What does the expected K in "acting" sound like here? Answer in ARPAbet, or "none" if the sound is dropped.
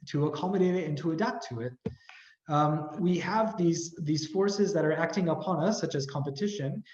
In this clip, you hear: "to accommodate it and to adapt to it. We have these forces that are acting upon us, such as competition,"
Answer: K